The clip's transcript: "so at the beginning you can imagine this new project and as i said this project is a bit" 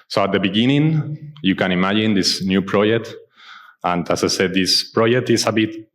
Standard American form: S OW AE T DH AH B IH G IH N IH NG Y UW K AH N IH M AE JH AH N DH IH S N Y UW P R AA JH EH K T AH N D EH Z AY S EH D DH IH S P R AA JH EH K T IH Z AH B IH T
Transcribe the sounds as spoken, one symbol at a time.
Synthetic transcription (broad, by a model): S OW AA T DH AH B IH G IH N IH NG Y UW K AH N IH M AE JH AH N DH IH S N Y UW P R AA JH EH K T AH N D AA S AY S EH D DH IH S P R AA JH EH K T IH S AH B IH T